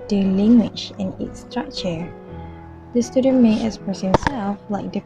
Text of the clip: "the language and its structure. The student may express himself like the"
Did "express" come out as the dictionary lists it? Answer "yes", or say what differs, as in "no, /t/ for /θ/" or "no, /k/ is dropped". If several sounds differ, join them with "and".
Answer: no, /k/ is dropped and /ɹ/ is dropped